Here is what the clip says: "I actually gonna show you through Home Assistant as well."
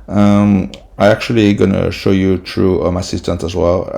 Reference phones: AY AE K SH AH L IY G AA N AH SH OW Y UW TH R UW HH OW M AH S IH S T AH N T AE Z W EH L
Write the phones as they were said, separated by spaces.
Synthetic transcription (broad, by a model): AY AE K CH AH L IY G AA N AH SH OW Y UW T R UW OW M AH S IH S T AH N T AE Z W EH L